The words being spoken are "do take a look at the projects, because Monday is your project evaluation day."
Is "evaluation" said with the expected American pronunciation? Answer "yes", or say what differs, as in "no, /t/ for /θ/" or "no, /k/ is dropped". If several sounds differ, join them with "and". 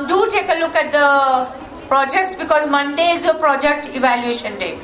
yes